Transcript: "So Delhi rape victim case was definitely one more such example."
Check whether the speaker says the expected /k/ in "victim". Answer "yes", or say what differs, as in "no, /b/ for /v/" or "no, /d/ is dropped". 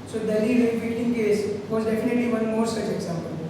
no, /k/ is dropped